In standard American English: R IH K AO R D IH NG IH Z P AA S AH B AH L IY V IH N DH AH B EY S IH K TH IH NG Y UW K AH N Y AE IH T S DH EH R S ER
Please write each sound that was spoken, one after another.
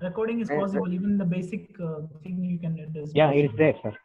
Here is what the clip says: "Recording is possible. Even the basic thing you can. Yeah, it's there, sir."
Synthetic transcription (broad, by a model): R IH K AO R D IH NG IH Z P AA S AH B AH L IY V IH N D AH B EY S IH K S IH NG Y UW K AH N Y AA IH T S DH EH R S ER